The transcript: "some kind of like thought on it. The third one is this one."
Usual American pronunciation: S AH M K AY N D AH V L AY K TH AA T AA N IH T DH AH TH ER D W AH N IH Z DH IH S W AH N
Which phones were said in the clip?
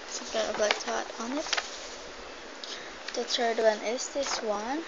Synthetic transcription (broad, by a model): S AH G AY D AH B L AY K T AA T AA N IH T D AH T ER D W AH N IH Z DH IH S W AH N